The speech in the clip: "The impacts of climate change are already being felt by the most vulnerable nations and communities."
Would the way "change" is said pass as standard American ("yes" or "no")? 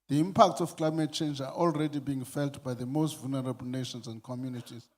yes